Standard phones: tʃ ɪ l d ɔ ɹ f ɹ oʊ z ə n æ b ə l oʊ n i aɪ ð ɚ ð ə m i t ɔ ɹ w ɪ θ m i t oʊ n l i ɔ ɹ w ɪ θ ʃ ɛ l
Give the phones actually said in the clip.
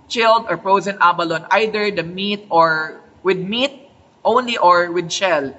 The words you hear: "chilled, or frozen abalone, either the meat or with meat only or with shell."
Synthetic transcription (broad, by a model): tʃ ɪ l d ɔ ɹ p ɹ oʊ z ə n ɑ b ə l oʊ n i aɪ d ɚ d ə m i t ɔ ɹ w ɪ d m i t oʊ n l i ɔ ɹ w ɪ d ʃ ɛ l